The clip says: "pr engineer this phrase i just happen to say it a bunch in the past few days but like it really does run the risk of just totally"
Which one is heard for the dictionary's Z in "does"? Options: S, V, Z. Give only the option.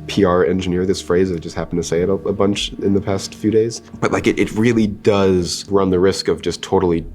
Z